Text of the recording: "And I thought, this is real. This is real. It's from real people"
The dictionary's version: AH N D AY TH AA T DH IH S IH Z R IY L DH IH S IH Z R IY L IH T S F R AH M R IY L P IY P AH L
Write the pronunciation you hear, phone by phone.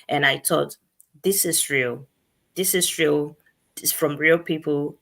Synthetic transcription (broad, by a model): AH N AY T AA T DH IH S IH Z R IY L DH IH S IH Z R IY L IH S F R AH M R IY L P IY P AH L